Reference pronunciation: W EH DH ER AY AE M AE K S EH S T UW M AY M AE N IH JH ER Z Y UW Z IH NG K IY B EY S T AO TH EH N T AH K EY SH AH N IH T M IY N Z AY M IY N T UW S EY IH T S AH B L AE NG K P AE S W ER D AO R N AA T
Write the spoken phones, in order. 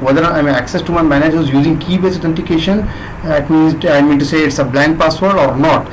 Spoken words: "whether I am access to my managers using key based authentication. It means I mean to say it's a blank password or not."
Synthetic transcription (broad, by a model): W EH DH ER AY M AE K S EH S T UW M AY M AE N IH JH ER Z Y UW Z IH NG K IY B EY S AO T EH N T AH K EY SH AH N IH T M IY N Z AY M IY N T UW S EY IH T S AH B L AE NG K P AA S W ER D AO R N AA T